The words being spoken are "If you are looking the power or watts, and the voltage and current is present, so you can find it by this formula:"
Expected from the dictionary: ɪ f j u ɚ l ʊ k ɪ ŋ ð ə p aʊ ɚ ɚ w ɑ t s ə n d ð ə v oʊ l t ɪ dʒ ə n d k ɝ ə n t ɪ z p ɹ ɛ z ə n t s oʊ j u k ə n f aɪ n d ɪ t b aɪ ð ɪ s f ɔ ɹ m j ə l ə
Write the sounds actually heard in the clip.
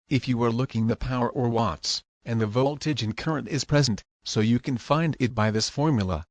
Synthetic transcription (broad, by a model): ɪ f j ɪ ɚ l ʊ k ɪ ŋ ð ə p aʊ ɚ ɚ w ɑ t s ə n ð ə v oʊ l t ɪ dʒ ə n k ɝ ə n t ɪ z p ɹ ɛ z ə n t s oʊ j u k ə n f aɪ n d ɪ t b aɪ ð ɪ s f ɔ ɹ m j l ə